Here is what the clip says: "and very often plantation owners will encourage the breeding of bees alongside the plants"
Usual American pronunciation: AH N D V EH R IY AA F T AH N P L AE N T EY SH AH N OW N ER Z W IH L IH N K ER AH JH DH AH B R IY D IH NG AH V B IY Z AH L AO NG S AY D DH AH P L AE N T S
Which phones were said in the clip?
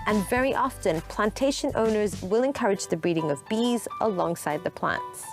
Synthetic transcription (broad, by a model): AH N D V EH R IY AA F T AH N P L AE N T EY SH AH N OW N ER Z W IH L IH N K ER AH JH DH AH B R IY D IH NG AH V B IY Z AH L AO NG S AY D DH AH P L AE N T S